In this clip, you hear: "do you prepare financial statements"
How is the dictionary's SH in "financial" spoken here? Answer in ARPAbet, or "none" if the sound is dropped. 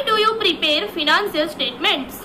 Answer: S